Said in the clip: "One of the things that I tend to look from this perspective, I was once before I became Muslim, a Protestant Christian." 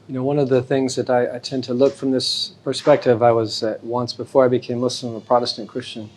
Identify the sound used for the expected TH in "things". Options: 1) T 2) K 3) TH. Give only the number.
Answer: 3